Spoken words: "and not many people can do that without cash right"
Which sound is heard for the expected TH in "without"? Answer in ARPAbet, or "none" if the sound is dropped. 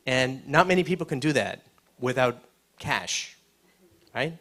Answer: TH